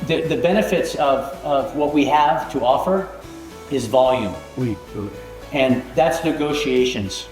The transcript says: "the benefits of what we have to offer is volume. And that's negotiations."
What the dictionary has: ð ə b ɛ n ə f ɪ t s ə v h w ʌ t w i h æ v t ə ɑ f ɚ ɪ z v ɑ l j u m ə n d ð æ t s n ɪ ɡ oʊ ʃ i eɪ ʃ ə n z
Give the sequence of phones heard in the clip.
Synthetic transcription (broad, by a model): ð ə b ɛ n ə f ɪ t s ə v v w ʌ t w i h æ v t ə ɑ f ɚ ɪ z v ɑ l j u m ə n ð æ t s n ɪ ɡ oʊ ʃ i eɪ ʃ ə n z